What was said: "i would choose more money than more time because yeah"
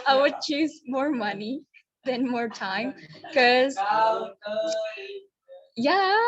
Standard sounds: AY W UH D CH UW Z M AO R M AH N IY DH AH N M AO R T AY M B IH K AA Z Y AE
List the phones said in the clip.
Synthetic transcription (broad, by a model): AY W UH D CH UW Z M AO R M AH N IY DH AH N M AO R T AY M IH K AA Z Y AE